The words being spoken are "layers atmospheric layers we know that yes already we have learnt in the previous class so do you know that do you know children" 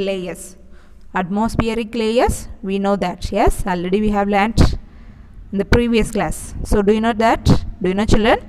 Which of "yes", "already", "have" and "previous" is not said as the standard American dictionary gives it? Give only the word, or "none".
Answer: none